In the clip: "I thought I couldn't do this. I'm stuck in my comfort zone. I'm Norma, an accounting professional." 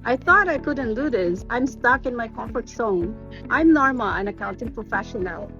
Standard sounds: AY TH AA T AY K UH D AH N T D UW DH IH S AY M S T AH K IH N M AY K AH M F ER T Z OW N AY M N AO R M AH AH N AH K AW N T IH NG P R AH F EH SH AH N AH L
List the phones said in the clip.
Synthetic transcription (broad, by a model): AY TH AA T AY K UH D N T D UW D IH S AY M S T AH K IH N M AY K AH M F ER T S OW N AY M N AO R M AH AH N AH K AW N T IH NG P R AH F EH SH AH N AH L